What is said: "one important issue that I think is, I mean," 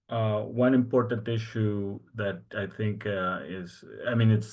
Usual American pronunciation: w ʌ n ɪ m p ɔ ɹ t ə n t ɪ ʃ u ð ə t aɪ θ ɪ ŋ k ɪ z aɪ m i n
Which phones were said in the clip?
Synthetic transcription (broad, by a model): w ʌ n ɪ m p ɔ ɹ t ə n t ɪ ʃ u ð ə t aɪ θ ɪ ŋ k ɪ z aɪ m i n